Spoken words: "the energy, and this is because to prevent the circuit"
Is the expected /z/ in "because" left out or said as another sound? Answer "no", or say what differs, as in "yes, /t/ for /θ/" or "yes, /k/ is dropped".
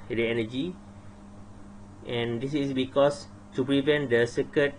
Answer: yes, /s/ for /z/